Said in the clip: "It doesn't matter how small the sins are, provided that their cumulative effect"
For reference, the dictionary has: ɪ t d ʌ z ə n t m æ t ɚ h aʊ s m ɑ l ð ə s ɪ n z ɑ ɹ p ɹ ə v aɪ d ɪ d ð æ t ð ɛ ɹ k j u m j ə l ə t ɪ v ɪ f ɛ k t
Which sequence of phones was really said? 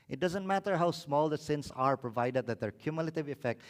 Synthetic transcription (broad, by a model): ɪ t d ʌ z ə n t m æ t ɚ h aʊ s m ɑ l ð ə s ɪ n s ɑ ɹ p ɹ ə v aɪ d ɪ d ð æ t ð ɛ ɹ k j u m j ə l ə t ɪ v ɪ f ɛ k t